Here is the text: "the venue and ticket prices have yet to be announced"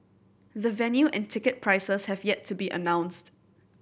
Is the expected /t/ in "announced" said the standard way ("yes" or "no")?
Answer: yes